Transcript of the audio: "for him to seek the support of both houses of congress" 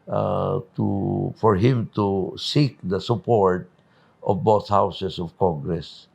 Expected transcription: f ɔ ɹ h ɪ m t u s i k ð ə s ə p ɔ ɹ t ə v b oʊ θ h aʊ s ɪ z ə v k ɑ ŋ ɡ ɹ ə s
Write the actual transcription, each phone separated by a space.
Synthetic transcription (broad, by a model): f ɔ ɹ h ɪ m t u s i k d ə s ə p ɔ ɹ t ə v b oʊ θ h aʊ s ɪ s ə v k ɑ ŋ ɡ ɹ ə s